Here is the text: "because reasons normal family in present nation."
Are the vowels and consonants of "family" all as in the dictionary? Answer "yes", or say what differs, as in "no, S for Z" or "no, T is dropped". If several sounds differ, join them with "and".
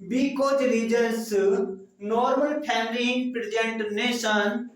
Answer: no, P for F